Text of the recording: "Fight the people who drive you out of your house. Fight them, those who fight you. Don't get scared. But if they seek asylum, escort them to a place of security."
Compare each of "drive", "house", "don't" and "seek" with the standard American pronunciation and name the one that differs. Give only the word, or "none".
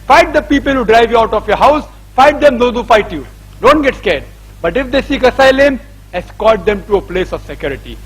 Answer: none